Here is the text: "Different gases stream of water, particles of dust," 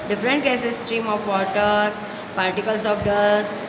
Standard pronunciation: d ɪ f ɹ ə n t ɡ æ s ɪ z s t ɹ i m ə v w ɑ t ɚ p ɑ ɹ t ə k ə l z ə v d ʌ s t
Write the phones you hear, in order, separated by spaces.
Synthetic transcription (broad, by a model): d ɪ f ɹ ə n t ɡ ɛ s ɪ s t ɹ i m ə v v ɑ t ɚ p ɑ ɹ t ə k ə l s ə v d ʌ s